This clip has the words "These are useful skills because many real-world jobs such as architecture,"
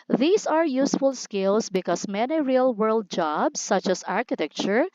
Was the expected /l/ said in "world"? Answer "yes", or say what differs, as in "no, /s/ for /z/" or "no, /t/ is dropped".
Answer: yes